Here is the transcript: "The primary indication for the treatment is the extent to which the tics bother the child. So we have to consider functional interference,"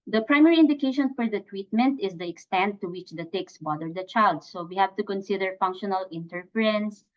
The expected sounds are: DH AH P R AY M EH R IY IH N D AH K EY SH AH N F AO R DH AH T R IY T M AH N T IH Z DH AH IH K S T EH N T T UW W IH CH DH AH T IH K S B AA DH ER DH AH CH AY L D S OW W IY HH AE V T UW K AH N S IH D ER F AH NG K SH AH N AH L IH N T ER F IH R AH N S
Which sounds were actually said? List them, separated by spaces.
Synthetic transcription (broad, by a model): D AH P R AY M EH R IY IH N D AH K EY SH AH N F AO R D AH T W IY T M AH N T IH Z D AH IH K S T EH N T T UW W IH CH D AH T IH K S B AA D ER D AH CH AY L D S OW W IY HH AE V T UW K AH N S IH D ER F AH NG K SH AH N AH L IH N T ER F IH R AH N S